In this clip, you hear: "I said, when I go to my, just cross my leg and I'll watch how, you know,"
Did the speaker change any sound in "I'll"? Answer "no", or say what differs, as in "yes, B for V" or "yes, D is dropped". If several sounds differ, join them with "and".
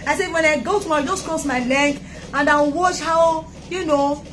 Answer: yes, N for L